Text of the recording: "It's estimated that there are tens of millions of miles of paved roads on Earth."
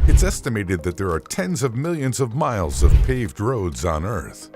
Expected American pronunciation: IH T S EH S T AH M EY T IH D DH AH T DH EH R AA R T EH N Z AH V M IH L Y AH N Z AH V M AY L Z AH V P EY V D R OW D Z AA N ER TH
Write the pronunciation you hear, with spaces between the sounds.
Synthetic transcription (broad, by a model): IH T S EH S T AH M EY T IH D DH AH T DH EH R AA R T EH N Z AH V M IH L Y AH N Z AH V M AY L Z AH V P EY V D R OW D Z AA N ER TH